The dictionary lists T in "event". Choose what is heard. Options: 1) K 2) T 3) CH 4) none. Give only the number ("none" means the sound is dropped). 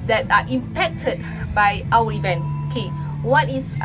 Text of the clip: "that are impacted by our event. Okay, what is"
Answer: 4